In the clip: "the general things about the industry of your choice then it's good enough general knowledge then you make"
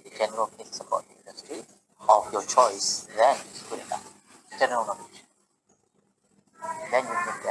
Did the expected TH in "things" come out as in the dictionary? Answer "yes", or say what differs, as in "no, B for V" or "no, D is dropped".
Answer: no, F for TH